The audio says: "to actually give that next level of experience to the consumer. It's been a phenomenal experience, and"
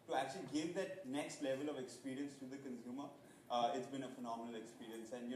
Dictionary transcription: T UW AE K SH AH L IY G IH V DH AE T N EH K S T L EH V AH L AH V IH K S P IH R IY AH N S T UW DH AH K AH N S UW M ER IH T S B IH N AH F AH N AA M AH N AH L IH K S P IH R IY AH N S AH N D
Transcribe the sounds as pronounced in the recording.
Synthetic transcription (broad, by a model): T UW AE K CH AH L IY G IH V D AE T N EH K S T L EH V AH L AH V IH K S P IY R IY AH N S T UW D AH K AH N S UW M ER IH T S B IH N AH F AH N AA M AH N AH L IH K S P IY R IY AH N S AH N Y